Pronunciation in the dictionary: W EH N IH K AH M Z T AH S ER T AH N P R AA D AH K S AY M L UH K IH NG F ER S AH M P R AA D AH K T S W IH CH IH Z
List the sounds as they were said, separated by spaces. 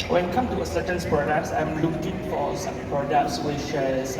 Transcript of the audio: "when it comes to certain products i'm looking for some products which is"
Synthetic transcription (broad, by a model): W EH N K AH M T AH S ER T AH N P R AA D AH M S AY M L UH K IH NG F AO S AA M P R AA D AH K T S W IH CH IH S